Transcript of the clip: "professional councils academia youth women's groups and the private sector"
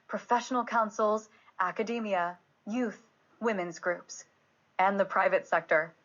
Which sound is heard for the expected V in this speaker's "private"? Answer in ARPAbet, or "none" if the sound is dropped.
V